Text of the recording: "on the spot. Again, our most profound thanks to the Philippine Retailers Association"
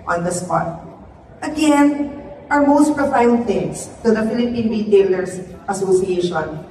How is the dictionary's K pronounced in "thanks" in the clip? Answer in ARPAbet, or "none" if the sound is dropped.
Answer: none